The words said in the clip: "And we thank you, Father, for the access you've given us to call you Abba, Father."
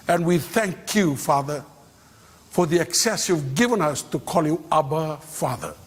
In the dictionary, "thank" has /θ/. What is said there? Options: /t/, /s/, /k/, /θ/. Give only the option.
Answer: /θ/